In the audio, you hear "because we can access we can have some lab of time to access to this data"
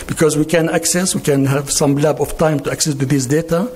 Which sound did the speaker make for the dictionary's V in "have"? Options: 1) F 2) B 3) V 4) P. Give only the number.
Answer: 3